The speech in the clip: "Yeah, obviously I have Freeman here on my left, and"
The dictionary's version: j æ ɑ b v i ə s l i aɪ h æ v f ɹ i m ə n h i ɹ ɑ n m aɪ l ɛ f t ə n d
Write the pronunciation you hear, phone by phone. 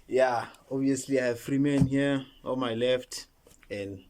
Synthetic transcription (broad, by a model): j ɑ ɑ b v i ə s l i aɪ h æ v f ɹ i m ə n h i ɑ l m aɪ l ɛ f t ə n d